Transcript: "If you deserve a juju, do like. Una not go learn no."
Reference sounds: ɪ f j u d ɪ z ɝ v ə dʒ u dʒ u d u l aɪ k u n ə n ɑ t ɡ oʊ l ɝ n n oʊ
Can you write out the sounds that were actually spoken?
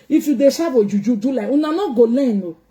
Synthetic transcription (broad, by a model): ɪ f j u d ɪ s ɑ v ə dʒ u dʒ u d u l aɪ u n ə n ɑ ɡ oʊ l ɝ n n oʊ